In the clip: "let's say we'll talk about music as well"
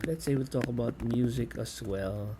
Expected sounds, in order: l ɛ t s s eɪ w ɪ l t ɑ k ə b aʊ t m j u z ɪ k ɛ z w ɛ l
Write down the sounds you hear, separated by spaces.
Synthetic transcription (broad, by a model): l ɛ t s s eɪ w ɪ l t ɑ k ə b aʊ t m j u z ɪ k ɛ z w ɛ l